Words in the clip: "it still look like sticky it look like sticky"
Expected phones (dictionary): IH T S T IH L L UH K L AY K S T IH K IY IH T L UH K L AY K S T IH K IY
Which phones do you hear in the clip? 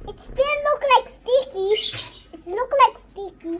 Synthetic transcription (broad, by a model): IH T S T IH N L UH K L AY K S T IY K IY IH T L UH K L AY K S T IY K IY